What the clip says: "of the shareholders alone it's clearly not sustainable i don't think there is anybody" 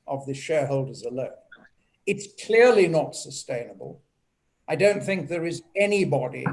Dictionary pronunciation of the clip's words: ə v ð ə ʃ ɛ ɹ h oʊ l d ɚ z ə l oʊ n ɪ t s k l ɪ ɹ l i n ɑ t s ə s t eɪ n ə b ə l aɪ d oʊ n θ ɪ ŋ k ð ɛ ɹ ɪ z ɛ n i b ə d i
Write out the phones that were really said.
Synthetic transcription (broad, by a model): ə v ð ə ʃ ɛ ɹ h oʊ l d ɚ z ə l oʊ n ɪ t s k l ɪ ɹ l i n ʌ t s ə s t eɪ n ə b ə l aɪ d oʊ n θ ɪ ŋ k ð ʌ ɹ ɪ z ɛ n i b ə d i